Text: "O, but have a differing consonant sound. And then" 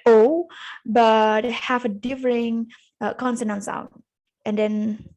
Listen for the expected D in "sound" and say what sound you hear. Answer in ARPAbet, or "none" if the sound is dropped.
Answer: none